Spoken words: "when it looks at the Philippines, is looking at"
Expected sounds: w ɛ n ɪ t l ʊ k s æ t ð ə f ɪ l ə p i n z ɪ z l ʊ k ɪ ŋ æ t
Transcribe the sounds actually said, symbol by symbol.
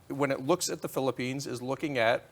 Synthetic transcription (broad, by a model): w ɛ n ɪ t l ʊ k s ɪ t ð ə f ɪ l ə p i n z ɪ z l ʊ k ɪ ŋ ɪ t